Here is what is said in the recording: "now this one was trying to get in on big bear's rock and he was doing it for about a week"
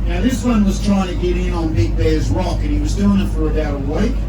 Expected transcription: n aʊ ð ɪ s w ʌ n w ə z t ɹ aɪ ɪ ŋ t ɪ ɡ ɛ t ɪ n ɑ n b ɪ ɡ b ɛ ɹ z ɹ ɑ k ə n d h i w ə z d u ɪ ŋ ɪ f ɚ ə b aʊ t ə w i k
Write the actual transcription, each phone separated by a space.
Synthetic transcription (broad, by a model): n aʊ ð ɪ s w ʌ n w ə z t ɹ aɪ ɪ ŋ t ɪ ɡ ɛ t ɪ n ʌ n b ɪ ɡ b ɛ ɹ z ɹ ɑ k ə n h i w ə z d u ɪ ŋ ɪ f ɚ ə b aʊ t ə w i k